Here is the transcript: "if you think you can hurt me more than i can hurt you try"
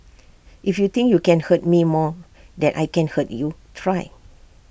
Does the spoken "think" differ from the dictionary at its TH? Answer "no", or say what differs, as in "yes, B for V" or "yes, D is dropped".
yes, T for TH